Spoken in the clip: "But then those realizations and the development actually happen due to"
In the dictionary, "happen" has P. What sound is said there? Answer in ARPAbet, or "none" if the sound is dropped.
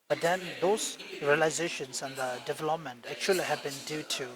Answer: B